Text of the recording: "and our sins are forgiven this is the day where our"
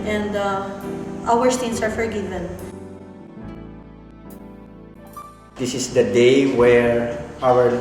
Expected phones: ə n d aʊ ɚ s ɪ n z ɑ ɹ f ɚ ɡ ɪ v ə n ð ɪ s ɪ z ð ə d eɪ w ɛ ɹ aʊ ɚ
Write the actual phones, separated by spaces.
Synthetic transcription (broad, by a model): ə n d aʊ ɚ s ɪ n s ɑ ɹ f ɚ ɡ ɪ v ə n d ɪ s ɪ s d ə d eɪ w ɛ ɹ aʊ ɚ